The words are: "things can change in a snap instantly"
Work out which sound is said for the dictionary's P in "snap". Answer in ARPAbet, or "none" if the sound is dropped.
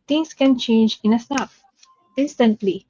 F